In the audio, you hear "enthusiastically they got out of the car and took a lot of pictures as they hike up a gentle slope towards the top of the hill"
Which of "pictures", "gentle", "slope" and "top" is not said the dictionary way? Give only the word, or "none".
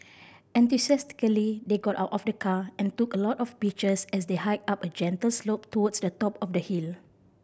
pictures